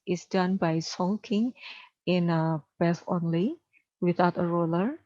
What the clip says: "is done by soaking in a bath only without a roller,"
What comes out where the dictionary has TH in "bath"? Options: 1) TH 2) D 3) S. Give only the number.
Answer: 3